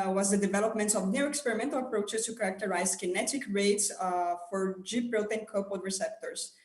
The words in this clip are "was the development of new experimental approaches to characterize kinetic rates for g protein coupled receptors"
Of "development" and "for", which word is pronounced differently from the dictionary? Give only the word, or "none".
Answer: none